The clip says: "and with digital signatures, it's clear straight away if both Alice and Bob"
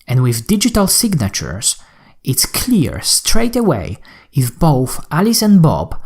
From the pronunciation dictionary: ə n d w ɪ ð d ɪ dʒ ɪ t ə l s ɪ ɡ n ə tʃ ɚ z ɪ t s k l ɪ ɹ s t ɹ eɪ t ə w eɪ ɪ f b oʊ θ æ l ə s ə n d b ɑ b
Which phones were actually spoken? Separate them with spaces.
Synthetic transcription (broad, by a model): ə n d w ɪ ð d ɪ dʒ ɪ t ə l s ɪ ɡ n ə tʃ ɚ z ɪ t s k l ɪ ɹ s t ɹ eɪ t ə w eɪ ɪ f b oʊ θ æ l ə s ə n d b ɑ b